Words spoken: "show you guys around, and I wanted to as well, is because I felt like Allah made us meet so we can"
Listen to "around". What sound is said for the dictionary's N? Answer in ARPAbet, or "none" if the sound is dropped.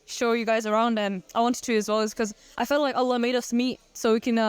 N